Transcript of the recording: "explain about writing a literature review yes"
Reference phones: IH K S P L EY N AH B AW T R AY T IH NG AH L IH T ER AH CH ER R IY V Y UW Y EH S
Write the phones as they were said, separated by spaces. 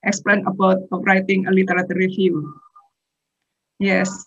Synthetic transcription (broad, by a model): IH K S P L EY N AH B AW T R AY T IH NG AH L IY T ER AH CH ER R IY F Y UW Y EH S